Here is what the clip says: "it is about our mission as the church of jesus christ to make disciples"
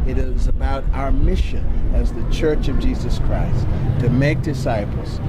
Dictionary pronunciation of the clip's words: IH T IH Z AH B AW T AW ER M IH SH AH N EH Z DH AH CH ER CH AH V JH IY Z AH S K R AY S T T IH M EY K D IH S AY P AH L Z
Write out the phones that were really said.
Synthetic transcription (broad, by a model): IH T IH Z AH B AW T AW ER M IH SH AH N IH Z DH AH CH ER CH AH V JH IY Z AH S K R AY S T T IH M EY K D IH S AY P L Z